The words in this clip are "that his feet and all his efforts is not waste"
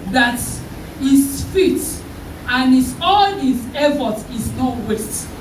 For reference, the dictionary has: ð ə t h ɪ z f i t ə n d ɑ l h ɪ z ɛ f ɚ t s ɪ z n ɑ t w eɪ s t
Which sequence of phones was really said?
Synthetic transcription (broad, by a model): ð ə t h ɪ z f i t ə n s ɑ l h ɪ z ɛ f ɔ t ɪ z n ɑ t w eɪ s t